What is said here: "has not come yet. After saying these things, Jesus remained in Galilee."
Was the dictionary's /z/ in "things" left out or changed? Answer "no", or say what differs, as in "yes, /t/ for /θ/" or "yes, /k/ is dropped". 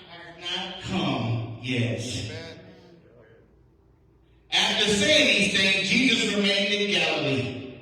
yes, /z/ is dropped